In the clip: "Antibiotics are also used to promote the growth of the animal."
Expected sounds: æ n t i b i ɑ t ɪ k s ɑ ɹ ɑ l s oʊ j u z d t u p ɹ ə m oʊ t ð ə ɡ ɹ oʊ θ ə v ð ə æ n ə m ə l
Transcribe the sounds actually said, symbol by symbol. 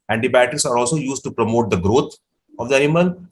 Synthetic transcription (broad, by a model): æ n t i b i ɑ t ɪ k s ɑ ɹ ɑ l s oʊ j u z d t u p ɹ ə m oʊ t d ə ɡ ɹ oʊ t ə v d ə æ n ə m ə l